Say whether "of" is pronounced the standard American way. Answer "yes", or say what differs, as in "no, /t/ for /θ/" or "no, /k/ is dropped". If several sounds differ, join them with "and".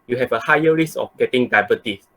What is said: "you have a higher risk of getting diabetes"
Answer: no, /f/ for /v/